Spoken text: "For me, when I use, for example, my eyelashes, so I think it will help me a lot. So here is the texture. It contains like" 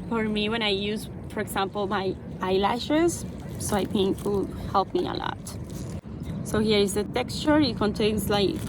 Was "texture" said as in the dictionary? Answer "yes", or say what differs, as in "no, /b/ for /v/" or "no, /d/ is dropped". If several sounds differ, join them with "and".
yes